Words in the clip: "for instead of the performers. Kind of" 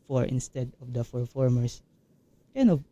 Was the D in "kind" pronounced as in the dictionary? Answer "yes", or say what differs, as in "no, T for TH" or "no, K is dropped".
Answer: no, D is dropped